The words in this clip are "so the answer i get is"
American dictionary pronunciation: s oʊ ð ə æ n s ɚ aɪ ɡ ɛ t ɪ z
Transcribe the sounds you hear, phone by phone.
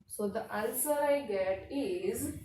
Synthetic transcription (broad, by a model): s oʊ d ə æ l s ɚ aɪ ɡ ɛ t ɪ z